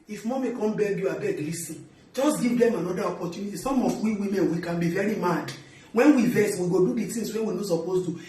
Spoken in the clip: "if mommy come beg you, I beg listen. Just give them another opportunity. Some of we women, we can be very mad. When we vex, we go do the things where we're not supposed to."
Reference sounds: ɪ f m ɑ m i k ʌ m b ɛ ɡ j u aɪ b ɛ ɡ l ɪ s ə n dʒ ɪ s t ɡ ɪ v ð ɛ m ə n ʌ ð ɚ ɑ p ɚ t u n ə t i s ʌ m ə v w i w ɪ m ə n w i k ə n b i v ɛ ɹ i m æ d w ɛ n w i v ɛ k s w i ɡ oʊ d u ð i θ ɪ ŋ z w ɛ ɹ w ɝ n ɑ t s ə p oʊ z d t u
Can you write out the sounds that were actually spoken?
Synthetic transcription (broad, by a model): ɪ f m ɑ m i k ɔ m b ɛ ɡ j u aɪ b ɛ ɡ l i s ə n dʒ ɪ s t ɡ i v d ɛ m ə n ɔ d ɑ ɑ p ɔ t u n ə t i s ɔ m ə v w i w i m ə n w i k ə n b i v ɛ ɹ i m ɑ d w ɛ n w i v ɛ s w i ɡ oʊ d u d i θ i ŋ s w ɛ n w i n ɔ s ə p oʊ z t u